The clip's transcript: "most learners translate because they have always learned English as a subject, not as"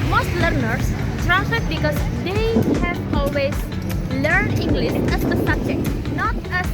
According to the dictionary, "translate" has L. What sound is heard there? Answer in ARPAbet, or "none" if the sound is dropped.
none